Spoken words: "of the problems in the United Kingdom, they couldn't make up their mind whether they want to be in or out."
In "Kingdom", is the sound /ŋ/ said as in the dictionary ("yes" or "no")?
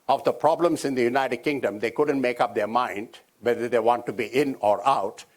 yes